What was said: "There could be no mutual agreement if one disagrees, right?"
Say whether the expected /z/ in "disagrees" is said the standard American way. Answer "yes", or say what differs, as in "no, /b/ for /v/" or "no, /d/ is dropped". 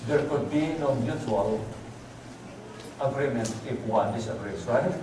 no, /s/ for /z/